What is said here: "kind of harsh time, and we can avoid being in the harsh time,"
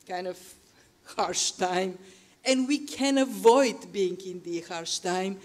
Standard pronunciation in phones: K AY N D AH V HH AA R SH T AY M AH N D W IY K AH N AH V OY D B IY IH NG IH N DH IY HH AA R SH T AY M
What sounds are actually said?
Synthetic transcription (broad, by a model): K AY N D AH V HH AA R SH T AY M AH N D W IY K AH N AH V OY D B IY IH NG IH N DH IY HH AA R SH T AY M